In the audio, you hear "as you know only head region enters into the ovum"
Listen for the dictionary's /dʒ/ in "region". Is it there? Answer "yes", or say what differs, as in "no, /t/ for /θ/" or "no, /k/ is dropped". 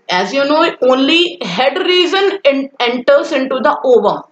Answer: no, /z/ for /dʒ/